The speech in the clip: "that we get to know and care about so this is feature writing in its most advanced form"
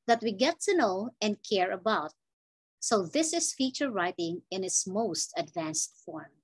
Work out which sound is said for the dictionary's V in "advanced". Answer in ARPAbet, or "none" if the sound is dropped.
V